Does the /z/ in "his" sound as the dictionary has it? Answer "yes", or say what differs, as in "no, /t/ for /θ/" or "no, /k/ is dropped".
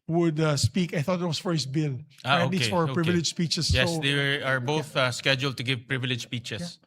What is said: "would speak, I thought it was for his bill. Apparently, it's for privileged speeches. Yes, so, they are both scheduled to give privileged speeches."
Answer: no, /s/ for /z/